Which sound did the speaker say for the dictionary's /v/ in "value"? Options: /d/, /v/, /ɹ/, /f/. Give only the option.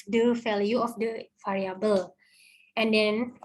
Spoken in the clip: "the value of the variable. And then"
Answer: /f/